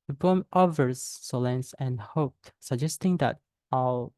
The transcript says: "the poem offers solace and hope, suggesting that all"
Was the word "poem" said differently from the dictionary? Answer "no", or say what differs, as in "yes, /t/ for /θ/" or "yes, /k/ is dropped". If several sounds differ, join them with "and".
yes, /b/ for /p/